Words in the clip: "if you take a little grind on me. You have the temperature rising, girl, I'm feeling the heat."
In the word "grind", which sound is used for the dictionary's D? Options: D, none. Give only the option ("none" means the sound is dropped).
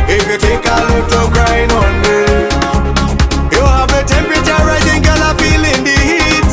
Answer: none